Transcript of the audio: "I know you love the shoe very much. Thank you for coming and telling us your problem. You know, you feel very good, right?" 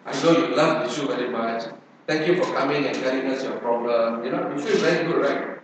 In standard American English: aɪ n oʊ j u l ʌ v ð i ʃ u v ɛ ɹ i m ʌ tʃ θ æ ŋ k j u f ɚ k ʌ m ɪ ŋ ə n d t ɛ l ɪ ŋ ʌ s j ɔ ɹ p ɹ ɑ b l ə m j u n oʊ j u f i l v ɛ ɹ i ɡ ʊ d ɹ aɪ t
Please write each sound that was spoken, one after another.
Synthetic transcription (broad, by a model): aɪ n oʊ j u l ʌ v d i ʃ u v ɛ ɹ i m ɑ tʃ t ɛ ŋ k j u f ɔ k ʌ m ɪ ŋ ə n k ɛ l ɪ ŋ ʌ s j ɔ p ɹ ɑ b l ə m j u n oʊ j u f i l v ɛ ɹ i ɡ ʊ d ɹ aɪ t